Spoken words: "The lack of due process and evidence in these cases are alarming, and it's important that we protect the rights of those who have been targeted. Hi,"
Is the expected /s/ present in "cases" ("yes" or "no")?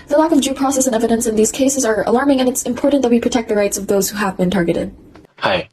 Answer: yes